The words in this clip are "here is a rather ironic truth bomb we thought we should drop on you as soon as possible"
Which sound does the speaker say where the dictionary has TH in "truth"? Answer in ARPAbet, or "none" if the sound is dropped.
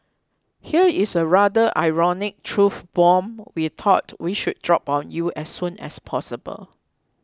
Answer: F